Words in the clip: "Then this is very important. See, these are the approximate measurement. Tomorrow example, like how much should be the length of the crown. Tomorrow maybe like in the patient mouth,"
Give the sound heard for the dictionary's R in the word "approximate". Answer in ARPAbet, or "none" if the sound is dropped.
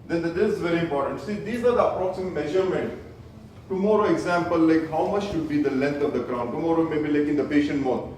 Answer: R